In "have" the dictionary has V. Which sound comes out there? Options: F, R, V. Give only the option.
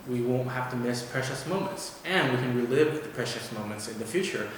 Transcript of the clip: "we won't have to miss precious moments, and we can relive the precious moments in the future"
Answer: F